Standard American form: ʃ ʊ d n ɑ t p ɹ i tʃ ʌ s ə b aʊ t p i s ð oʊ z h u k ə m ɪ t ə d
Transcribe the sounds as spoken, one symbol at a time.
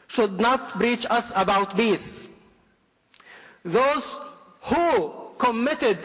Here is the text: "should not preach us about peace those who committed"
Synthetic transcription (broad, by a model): ʃ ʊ d n ɑ t b ɹ i tʃ ʌ s ə b aʊ t b i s ð oʊ z h u k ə m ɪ t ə d